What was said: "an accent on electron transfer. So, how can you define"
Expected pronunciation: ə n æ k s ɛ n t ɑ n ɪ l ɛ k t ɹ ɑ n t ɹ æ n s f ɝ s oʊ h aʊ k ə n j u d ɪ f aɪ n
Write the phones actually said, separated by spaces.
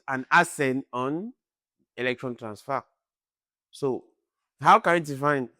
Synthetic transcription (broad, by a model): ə n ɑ s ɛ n ɑ n ɪ l ɛ k t ɹ ɑ n t ɹ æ n s f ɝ s oʊ h aʊ k ə n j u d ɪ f aɪ n